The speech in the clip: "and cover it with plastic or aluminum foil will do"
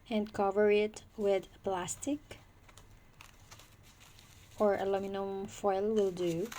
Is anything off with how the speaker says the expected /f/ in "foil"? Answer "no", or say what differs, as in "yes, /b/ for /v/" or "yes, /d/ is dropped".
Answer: no